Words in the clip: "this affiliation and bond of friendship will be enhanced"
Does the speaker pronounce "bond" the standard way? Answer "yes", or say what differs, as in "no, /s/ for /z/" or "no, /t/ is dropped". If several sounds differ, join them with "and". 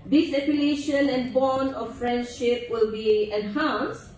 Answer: no, /d/ is dropped